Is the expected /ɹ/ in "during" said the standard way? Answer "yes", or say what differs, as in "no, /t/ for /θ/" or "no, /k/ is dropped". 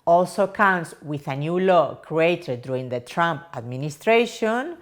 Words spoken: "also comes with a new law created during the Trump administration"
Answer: no, /ɹ/ is dropped